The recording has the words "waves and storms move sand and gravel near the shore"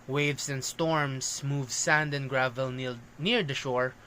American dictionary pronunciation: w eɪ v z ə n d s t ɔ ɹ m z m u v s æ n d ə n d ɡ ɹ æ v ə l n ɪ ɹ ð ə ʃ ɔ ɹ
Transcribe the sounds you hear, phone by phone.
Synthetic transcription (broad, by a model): w eɪ v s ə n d s t ɔ ɹ m s m u v s æ n d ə n ɡ ɹ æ v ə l n ɪ ɹ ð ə ʃ ɔ ɹ